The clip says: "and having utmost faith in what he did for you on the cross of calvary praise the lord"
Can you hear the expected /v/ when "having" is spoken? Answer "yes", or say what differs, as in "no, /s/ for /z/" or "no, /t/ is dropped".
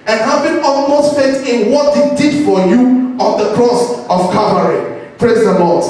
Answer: no, /b/ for /v/